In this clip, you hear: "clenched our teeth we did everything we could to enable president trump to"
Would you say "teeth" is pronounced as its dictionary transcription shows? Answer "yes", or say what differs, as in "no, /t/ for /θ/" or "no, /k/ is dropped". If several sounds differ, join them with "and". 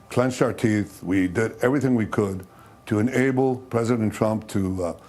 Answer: yes